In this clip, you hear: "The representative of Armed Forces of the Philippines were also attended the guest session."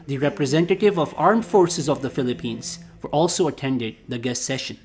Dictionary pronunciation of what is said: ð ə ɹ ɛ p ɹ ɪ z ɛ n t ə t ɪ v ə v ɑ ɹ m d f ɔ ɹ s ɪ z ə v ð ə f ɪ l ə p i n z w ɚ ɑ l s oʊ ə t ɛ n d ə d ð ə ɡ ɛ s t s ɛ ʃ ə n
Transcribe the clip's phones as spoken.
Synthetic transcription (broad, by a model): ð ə ɹ ɛ p ɹ ɪ z ɛ n t ə t ɪ v ə v ɑ ɹ m d f ɔ ɹ s ɪ z ə v ð ə f ɪ l ə p i n z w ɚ ɑ l s oʊ ə t ɛ n d ə d ð ə ɡ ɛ s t s ɛ ʃ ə n